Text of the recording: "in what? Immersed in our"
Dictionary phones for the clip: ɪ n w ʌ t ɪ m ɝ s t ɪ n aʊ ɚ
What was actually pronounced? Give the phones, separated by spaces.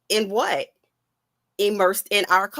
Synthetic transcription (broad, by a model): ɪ n w ʌ t ɪ m ɝ s t ɪ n aʊ ɚ